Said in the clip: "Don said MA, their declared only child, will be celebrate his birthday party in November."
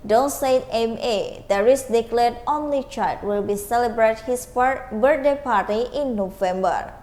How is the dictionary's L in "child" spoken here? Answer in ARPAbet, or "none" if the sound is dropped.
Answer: none